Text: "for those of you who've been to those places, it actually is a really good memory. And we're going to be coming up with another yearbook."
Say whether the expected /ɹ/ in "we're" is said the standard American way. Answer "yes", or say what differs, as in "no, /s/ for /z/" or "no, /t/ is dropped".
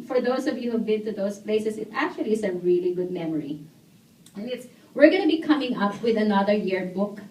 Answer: yes